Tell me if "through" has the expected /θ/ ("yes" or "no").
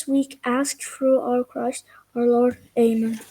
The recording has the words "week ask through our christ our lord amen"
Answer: no